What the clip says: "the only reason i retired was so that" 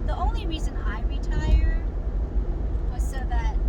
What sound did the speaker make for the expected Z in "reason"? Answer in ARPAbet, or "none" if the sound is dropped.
Z